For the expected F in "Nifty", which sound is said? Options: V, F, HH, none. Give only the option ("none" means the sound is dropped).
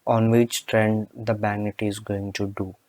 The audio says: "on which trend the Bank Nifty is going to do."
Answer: none